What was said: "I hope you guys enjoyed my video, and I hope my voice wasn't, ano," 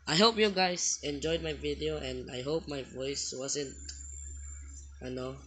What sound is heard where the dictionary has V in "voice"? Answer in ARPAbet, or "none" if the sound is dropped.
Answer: V